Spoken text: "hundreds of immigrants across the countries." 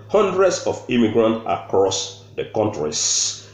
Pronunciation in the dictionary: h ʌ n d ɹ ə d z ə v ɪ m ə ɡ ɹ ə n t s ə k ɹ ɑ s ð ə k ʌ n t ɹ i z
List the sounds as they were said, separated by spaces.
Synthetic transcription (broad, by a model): h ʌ n d ɹ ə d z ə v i m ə ɡ ɹ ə n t ə k ɹ ɑ s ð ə k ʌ n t ɹ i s